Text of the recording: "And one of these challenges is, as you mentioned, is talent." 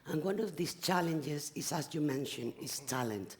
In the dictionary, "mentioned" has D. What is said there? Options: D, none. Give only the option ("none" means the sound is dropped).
none